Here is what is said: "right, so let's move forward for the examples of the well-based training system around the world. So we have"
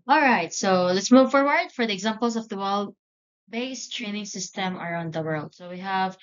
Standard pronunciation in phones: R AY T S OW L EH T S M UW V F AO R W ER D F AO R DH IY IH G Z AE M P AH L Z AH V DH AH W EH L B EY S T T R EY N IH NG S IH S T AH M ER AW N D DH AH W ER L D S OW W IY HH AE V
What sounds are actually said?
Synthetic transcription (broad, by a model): R AY T S OW L EH T S M UW V F AO R W ER D F AO R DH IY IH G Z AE M P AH L S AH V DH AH W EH L B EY S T T R EY N IH NG S IH S T AH M ER AW N D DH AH W ER L D S OW W IY HH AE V